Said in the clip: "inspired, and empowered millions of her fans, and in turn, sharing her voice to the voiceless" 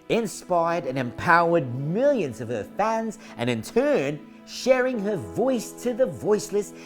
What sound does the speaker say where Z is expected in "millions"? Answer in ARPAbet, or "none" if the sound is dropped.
Z